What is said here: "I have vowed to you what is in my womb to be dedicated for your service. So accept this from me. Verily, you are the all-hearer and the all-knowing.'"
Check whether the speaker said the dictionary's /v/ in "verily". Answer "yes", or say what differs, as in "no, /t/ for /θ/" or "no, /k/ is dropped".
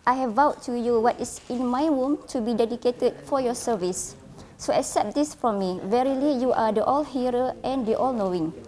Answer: yes